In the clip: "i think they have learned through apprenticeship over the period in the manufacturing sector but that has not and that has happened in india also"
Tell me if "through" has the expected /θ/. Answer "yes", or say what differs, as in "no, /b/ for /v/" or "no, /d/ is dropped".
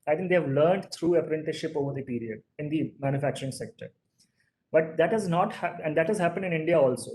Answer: no, /t/ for /θ/